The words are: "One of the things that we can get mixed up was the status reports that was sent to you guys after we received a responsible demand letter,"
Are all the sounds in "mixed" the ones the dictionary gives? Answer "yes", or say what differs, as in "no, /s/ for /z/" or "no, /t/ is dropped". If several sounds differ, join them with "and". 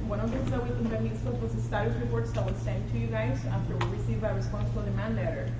no, /k/ is dropped and /t/ is dropped